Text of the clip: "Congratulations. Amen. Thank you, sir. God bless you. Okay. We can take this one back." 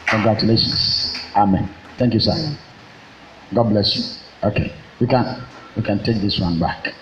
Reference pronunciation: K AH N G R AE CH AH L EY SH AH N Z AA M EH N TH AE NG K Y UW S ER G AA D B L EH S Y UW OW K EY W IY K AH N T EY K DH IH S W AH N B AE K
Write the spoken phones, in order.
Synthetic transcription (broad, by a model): K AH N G R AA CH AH L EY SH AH N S AA M EH N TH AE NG K Y UW S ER G AA D B L EH S Y UW OW K EY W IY K AH N T EY K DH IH S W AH N B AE K